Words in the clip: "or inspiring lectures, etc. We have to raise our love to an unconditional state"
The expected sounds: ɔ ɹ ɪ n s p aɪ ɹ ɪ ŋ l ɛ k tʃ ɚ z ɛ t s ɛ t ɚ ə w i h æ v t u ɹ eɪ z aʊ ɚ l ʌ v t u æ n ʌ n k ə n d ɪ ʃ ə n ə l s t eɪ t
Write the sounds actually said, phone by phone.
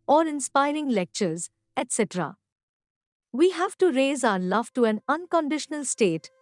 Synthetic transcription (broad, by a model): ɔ ɹ ɪ n s p aɪ ɹ ɪ ŋ l ɛ k tʃ ɚ z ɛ t s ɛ t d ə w i h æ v t u ɹ eɪ z aʊ ɚ l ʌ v t u æ n ʌ n k ə n d ɪ ʃ ə n ə l s t eɪ t